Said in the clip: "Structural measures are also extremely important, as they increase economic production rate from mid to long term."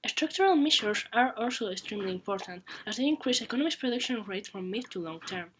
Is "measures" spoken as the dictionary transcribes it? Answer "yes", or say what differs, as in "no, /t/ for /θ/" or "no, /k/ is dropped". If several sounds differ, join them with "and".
no, /ʃ/ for /ʒ/